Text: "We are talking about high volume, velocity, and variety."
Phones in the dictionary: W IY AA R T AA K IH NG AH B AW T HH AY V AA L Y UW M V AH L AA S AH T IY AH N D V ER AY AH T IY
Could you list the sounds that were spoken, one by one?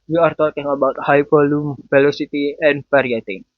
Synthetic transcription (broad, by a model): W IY AA R T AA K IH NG AH B AW T HH AY P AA L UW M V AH L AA S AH T IY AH N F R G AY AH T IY